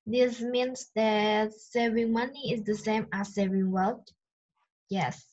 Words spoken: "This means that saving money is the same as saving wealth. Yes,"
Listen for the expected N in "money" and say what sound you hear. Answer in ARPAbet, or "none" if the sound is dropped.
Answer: N